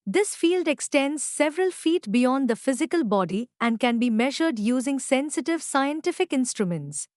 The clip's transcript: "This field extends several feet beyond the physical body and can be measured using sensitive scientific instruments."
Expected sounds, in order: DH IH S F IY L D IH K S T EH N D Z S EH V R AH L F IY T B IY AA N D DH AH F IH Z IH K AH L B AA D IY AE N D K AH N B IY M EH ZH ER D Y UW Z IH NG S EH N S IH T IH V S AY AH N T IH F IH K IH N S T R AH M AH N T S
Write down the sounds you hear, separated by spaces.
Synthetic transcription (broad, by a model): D IH S F IY L D IH K S T EH N D Z S EH V R AH L F IY T B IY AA N D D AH F IH Z IH K AH L B AA D IY AE N D K AH N B IY M EH ZH ER D Y UW Z IH NG S EH N S IH T IH V S AY AH N T IH F IH K IH N S T R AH M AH N T S